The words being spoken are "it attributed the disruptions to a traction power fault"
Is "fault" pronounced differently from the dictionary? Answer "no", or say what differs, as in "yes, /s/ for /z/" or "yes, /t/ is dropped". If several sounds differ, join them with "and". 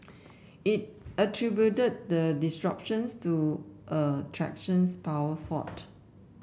yes, /l/ is dropped